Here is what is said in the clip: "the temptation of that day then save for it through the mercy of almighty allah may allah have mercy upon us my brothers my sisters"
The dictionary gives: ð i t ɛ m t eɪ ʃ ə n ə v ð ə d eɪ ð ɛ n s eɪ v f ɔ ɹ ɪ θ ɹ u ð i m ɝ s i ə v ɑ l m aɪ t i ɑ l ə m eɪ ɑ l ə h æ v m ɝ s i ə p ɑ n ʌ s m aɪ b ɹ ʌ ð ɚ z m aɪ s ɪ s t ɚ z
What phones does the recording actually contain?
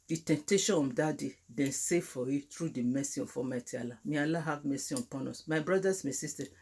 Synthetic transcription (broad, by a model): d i t ɛ m t eɪ ʃ ə n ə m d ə d eɪ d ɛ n s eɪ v f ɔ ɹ ɪ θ ɹ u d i m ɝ s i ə f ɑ m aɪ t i ɑ l ə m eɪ ɑ l ə h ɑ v m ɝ s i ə p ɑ n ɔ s m aɪ b ɹ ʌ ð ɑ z m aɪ s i s t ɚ